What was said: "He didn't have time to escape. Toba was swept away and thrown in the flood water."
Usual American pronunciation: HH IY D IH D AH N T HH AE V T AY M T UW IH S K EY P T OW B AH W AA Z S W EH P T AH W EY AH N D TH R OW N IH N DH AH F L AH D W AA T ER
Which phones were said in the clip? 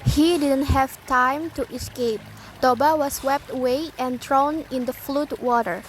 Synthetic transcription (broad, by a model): HH IY D IH D AH N T HH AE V T AY M T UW IH S K EY P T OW B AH W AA S W EH P T AH W EY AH N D R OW N IH N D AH F L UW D W AA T ER